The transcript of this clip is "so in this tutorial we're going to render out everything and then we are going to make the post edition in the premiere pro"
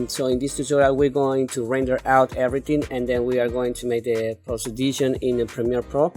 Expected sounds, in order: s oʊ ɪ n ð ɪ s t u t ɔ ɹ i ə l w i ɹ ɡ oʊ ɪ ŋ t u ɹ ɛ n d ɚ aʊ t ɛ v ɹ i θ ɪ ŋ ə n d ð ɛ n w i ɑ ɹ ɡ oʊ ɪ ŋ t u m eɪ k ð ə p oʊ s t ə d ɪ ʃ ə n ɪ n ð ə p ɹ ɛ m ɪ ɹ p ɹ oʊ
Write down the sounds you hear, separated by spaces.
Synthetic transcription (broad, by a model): s oʊ ɪ n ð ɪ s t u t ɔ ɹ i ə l w i ɹ ɡ oʊ ɪ ŋ t u ɹ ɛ n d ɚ aʊ t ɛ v ɹ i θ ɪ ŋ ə n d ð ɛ n w i ɑ ɹ ɡ oʊ ɪ ŋ t u m eɪ k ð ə p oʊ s ə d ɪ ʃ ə n ɪ n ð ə p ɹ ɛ m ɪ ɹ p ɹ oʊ